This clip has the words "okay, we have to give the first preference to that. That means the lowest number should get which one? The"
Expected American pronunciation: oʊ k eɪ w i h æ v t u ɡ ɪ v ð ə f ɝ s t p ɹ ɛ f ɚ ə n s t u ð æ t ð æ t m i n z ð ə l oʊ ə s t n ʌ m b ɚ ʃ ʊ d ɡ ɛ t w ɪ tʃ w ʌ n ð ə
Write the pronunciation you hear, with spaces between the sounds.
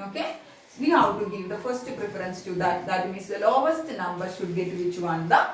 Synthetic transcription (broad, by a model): oʊ k eɪ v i h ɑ w t u ɡ ɪ v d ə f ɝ s t p ɹ ɛ f ɚ ə n s t u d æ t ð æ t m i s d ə l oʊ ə s t n ʌ m b ɚ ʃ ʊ d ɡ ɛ t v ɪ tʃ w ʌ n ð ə